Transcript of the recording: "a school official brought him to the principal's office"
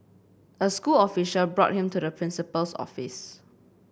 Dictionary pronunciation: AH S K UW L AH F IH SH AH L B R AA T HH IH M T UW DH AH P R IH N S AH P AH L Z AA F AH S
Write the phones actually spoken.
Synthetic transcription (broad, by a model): AH S K UW L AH F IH SH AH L B R AA T HH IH M T UW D AH P R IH N S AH P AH L S AA F AH S